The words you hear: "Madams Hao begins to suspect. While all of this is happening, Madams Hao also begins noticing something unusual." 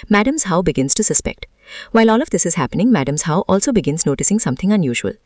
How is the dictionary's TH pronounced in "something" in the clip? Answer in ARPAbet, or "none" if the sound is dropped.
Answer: T